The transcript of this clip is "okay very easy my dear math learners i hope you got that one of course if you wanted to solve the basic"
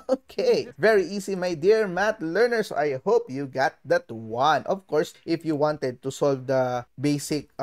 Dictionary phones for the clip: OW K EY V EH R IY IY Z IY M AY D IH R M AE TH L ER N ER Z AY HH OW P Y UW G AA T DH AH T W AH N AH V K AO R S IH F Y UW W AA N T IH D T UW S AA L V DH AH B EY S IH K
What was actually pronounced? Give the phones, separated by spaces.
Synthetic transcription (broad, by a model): OW K EY V EH R IY IY S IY M AY D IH R M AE T L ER N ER S AY HH OW P Y UW G AA T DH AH T W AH N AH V K AO R S IH F Y UW W AA N T IH D T UW S AA L V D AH B EY S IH K